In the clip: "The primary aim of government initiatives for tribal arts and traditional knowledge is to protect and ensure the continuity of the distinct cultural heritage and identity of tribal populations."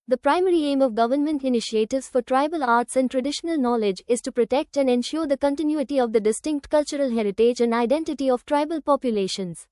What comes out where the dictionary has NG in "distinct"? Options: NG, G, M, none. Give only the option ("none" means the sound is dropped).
NG